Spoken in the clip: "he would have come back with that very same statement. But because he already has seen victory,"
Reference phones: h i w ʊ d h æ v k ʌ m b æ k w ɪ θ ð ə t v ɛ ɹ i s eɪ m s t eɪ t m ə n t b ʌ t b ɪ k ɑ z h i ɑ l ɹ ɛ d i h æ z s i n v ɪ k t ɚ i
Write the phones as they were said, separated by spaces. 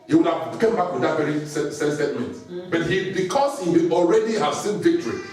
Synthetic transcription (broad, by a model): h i w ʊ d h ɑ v k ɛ m b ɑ k w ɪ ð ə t v ɛ ɹ i s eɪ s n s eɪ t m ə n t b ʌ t b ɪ k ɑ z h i ɑ l ɹ ɛ d i h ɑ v s i n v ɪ k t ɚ i